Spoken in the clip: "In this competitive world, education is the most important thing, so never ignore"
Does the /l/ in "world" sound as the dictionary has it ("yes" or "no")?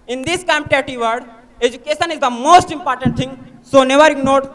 no